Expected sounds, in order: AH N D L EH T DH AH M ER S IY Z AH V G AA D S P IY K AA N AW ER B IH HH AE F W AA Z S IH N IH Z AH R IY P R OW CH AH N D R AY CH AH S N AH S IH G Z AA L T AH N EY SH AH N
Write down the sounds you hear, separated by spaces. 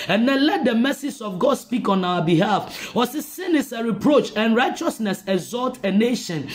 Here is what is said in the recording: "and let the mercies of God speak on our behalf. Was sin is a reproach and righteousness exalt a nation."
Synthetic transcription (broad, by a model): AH N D L EH T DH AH M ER S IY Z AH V G AA D S P IY K AA N AW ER B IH HH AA F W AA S S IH N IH S AH R IY P R OW CH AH N R AY CH AH S N AH S IH G Z AA L T AH N EY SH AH N